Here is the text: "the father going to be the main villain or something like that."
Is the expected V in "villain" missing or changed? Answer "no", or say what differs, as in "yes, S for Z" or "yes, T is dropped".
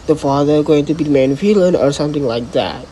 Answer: yes, F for V